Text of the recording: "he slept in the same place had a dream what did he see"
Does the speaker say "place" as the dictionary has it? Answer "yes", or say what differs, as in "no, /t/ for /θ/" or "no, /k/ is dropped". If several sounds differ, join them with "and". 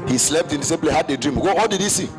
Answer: no, /s/ is dropped